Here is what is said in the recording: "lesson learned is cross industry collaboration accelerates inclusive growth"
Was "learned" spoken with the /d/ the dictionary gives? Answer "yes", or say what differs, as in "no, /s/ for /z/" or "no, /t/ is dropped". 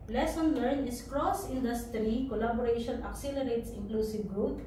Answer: no, /d/ is dropped